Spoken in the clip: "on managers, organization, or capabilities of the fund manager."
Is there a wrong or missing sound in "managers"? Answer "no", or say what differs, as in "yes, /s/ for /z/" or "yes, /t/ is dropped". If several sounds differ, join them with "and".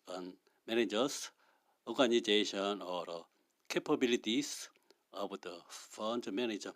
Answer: yes, /s/ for /z/